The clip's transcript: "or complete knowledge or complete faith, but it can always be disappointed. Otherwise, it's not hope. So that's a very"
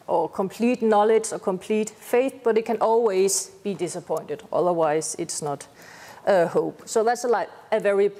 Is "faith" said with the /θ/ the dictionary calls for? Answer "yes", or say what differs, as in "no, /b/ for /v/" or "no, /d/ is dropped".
yes